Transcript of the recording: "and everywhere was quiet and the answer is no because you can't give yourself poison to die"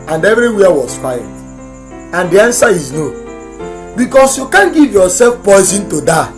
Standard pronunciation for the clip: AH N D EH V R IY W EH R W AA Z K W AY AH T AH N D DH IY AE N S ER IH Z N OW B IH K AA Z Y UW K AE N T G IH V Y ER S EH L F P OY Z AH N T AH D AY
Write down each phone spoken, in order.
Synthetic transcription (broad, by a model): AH N D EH V R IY W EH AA W AA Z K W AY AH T AH N D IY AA N S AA IH Z N OW B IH K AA S Y UW K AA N G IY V Y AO S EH L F P OY Z AH N T AH D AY